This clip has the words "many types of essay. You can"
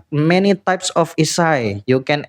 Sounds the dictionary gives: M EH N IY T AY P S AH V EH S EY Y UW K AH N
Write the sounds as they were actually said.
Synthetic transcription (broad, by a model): M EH N IY T AY P S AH F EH S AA Y UW K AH N